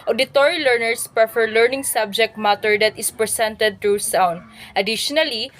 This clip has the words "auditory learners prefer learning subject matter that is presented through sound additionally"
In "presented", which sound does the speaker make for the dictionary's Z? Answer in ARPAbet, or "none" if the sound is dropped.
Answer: S